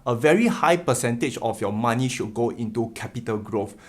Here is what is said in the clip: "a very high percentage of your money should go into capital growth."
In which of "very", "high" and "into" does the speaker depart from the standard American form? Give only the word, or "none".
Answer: none